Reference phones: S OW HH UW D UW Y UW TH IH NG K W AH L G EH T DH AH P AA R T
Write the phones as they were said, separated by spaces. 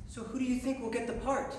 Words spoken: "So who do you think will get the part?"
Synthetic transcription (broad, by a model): S OW HH UW D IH Y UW TH IH NG K W AH L G EH T DH AH P AA R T